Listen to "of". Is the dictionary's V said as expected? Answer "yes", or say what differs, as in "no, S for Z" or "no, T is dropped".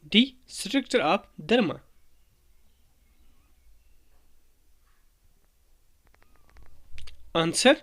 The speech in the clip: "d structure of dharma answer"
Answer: no, P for V